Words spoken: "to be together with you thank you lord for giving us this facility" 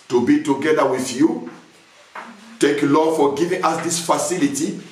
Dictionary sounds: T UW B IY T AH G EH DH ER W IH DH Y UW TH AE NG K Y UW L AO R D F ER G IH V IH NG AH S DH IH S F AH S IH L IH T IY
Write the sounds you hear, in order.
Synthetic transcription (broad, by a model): T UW B IY T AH G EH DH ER W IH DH Y UW T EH K L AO F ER G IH V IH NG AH S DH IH S F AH S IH L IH T IY